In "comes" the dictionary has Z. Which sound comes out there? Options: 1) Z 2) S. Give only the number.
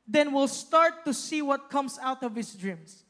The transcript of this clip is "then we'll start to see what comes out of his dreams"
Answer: 2